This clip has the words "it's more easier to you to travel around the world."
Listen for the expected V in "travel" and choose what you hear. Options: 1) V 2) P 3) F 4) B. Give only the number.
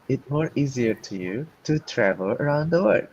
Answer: 1